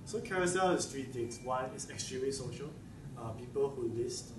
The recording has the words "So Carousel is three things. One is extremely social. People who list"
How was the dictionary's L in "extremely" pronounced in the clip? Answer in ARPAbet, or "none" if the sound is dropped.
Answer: none